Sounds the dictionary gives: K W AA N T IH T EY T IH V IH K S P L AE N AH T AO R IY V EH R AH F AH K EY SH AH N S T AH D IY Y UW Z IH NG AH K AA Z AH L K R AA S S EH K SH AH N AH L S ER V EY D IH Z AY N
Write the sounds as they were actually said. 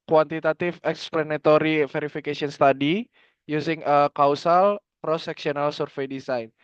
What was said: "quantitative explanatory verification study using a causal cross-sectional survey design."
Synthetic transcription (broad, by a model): K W AA N T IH T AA T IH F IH K S P L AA N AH T AO R IY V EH R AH F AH K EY S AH N S T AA D IY Y UW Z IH NG AH K AA S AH L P R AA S S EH K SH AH N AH L S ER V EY D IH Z AY N